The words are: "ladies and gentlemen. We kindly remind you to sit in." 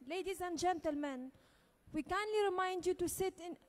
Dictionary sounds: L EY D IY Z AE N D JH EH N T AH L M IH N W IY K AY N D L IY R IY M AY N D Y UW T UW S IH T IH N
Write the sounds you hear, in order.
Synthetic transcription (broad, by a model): L EY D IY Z AE N D JH EH N T AH L M IH N W IY K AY N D L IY R IY M AY N D Y UW T UW S IH T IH N